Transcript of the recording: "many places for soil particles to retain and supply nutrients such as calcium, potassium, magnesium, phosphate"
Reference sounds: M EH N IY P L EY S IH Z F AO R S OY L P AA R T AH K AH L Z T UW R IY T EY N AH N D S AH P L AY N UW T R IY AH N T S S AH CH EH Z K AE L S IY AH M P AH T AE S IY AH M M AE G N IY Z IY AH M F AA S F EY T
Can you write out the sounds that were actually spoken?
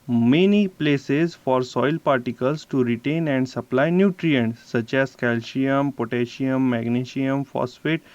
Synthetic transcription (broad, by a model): M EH N IY P L EY S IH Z F AO R S OY L P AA R T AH K AH L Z T UW R IY T EY N AH N D S AH P L AY N UW T R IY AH N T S S AH CH EH Z K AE L SH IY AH M P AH T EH SH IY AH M M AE G N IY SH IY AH M F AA S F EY T